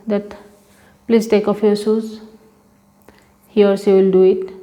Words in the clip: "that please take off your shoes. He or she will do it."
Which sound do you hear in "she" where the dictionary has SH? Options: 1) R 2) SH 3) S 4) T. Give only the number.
3